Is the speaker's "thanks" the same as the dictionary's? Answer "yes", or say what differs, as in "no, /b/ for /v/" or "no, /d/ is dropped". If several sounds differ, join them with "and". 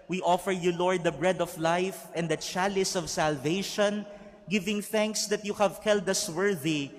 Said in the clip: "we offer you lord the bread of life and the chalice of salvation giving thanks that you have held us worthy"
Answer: yes